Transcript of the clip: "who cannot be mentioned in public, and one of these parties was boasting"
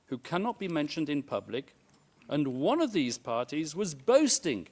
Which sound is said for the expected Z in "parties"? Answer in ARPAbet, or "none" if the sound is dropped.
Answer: Z